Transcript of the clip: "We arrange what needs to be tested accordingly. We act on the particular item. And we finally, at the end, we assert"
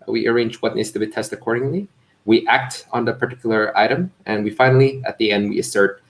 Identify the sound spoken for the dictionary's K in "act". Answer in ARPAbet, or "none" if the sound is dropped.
K